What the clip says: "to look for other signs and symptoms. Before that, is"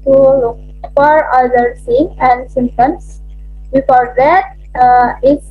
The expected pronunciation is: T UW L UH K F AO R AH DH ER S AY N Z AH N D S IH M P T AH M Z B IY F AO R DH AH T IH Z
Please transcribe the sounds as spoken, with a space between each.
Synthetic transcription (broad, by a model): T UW L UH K F AO R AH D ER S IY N AH N D S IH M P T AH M S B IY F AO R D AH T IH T